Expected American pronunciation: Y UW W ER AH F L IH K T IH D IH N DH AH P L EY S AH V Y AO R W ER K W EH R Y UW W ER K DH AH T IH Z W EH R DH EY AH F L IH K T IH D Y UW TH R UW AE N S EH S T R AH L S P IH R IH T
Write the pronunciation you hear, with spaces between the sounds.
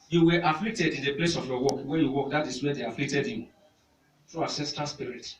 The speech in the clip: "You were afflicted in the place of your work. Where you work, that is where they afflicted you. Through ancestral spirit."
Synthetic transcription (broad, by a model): Y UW W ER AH F L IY K T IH D IH N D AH P L EY S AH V Y AO W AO K W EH Y UW W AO K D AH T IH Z W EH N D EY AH F L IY K T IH D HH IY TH R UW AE S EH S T AH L S P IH R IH T